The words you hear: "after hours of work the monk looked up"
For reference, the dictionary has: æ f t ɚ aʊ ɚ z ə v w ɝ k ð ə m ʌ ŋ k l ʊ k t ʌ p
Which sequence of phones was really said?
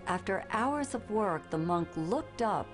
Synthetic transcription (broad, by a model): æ f t ɚ aʊ ɚ z ə v w ɝ k ð ə m ʌ ŋ k l ʊ k t ʌ p